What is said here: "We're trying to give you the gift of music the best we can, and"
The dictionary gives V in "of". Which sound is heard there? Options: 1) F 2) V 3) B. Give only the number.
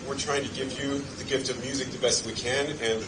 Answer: 2